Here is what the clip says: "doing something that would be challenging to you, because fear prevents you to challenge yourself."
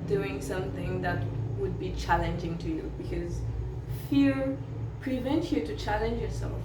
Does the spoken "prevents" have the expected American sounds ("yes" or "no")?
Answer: no